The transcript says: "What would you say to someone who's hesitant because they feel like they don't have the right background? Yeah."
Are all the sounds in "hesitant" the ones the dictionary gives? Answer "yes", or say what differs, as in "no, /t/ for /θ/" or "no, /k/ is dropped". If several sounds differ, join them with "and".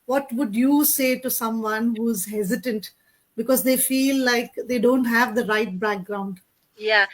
yes